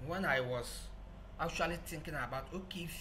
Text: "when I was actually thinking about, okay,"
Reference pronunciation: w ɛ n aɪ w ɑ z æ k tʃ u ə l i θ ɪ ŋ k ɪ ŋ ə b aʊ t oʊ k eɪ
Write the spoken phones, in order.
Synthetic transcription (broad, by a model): w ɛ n aɪ w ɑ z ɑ k tʃ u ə l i t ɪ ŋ k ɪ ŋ ə b aʊ t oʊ k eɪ